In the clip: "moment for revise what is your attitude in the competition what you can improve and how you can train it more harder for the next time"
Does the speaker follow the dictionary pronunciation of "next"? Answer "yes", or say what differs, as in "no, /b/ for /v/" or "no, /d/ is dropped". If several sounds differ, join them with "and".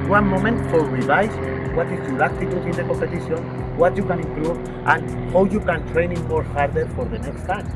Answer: yes